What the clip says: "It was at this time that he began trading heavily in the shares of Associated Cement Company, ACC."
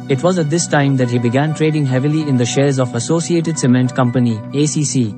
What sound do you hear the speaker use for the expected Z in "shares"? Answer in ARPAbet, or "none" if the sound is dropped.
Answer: Z